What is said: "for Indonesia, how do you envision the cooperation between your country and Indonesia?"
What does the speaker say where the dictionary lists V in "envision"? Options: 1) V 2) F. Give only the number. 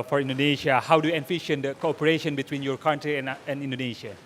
2